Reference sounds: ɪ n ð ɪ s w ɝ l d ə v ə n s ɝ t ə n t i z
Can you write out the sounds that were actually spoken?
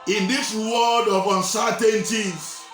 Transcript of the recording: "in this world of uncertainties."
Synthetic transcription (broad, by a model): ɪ n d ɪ s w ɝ d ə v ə n s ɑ t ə n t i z